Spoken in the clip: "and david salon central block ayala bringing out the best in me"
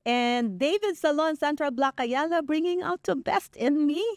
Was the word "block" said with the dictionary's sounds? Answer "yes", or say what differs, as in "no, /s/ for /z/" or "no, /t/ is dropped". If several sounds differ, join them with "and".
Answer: yes